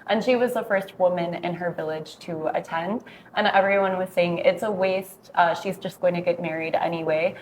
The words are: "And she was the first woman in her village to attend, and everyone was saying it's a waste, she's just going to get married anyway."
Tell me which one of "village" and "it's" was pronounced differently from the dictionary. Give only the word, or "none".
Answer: none